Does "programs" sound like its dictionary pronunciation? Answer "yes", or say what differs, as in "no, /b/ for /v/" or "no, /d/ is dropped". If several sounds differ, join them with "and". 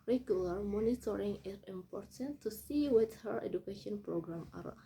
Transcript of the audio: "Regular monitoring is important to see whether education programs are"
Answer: no, /z/ is dropped